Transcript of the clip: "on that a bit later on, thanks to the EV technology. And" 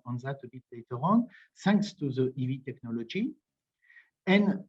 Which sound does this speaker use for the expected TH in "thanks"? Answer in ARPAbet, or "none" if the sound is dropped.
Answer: S